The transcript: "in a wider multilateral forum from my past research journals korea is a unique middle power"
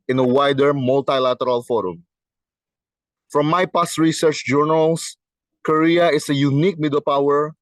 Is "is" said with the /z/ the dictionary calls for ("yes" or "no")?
no